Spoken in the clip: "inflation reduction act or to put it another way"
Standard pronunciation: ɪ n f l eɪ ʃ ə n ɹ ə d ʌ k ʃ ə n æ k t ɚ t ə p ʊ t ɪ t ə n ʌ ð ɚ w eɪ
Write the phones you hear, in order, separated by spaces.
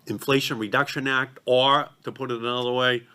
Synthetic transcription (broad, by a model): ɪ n f l eɪ ʃ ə n ɹ ə d ʌ k ʃ ə n æ k t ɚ t ə p ʊ t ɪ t ə n ʌ ð ɚ w eɪ